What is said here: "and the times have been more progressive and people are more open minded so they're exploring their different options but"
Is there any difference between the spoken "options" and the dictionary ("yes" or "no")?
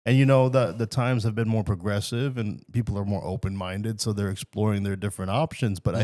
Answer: no